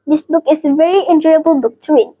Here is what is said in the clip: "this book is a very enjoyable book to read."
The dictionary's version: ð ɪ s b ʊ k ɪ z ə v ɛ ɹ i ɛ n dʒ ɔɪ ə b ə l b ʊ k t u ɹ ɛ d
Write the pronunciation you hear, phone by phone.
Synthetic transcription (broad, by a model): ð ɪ s b ʊ k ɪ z ə v ɛ ɹ i ɛ n dʒ ɔɪ ə b ə l b ʊ k t u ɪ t